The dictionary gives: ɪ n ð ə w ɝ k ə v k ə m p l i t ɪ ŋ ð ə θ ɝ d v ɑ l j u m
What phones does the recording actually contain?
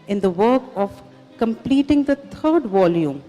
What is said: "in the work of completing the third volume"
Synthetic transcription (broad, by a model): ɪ n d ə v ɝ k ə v k ə m p l i t ɪ ŋ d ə t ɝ d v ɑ l j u m